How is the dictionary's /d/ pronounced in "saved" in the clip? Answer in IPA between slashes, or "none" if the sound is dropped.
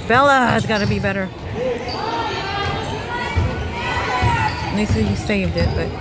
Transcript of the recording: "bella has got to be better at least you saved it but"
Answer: /d/